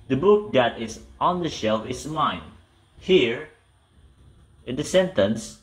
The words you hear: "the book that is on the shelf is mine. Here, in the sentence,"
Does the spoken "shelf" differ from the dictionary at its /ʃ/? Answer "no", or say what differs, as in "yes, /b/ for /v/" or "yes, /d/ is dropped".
no